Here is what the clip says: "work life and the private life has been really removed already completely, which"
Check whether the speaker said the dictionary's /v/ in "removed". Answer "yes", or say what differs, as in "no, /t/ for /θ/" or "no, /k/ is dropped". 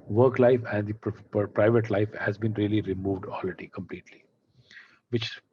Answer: yes